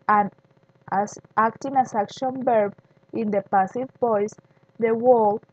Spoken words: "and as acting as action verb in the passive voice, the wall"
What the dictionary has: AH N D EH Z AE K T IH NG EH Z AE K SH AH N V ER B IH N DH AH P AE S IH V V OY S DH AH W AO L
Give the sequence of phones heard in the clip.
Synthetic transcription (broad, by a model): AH N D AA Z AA K T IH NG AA S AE K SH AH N B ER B IH N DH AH P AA S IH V P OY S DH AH W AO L